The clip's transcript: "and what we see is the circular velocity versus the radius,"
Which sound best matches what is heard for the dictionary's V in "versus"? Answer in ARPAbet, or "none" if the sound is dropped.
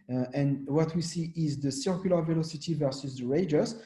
V